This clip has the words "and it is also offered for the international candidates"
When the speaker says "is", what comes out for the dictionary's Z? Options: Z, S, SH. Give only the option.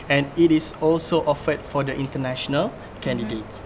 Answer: S